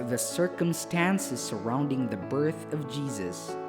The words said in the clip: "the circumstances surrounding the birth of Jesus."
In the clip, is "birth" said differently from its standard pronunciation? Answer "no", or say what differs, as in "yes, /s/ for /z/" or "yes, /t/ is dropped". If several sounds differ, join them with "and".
no